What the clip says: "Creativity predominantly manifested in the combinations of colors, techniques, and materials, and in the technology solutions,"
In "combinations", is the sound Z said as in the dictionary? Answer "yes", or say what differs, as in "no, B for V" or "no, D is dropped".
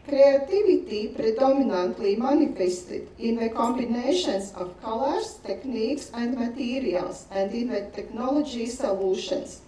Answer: no, S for Z